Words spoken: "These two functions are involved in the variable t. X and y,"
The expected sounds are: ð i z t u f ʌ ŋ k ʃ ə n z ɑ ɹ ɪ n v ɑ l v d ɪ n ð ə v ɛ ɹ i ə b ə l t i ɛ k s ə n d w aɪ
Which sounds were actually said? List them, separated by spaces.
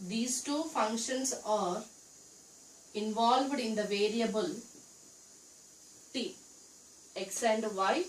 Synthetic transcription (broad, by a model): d i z t u f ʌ ŋ k ʃ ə n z ɑ ɹ ɪ n v ɑ l v d ɪ n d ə v ɛ ɹ i ə b ə l t i ɛ k s ə n d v aɪ